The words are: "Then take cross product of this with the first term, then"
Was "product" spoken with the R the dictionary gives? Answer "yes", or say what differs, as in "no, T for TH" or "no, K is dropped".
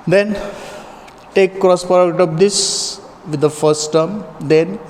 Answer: no, R is dropped